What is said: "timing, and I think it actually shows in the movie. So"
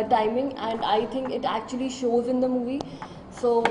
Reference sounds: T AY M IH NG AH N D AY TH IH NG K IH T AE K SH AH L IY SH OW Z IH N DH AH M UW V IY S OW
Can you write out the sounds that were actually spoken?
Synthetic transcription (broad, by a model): T AY M IH NG AH N D AY T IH NG K IH T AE K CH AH L IY SH OW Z IH N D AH M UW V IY S OW